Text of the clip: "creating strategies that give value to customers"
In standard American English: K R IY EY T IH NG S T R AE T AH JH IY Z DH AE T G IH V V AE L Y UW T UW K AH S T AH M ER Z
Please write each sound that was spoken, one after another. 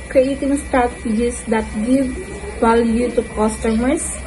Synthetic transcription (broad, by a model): K R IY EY T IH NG S T AE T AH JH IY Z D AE T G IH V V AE L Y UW T UW K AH S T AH M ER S